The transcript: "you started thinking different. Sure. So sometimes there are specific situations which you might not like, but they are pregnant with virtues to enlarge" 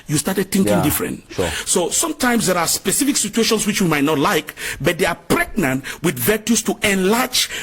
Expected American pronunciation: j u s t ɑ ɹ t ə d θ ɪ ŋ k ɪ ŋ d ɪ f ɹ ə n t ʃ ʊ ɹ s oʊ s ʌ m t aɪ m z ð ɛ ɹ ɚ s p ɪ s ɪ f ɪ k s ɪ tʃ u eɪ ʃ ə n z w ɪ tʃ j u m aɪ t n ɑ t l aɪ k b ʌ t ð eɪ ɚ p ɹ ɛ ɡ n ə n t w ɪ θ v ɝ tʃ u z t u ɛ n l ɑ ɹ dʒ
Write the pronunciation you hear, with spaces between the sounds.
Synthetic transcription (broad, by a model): j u s t ɑ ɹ t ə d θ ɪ ŋ k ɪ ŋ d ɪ f ɹ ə n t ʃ s oʊ s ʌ m t aɪ m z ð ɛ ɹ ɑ s p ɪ s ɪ f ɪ k s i tʃ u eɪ ʃ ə n s w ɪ tʃ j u m aɪ t n ɑ t l aɪ k b ʌ t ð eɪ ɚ p ɹ ɛ ɡ n ə n t w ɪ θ v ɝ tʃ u s t u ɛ n l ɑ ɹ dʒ